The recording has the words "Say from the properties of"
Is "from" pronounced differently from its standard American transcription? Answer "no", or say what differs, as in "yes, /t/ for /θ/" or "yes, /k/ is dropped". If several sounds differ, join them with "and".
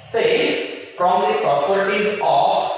yes, /p/ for /f/